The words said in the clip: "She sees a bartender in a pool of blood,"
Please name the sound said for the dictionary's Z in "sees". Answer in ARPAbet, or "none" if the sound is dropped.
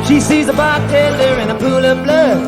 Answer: Z